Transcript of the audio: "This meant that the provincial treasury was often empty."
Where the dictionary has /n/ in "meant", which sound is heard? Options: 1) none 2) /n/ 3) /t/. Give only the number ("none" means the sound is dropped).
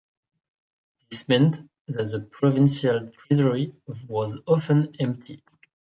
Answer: 2